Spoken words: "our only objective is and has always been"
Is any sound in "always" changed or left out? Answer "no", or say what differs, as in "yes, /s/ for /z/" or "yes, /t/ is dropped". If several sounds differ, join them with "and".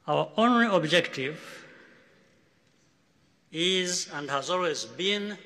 no